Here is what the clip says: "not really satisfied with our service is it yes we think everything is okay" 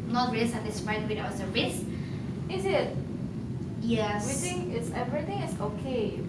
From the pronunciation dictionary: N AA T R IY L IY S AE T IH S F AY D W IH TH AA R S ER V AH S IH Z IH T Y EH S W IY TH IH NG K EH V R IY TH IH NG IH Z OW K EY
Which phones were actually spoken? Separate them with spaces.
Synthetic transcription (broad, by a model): N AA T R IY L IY S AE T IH S F AY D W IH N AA W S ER AH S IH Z IH T Y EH W IY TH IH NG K EH V R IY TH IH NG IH S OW K EY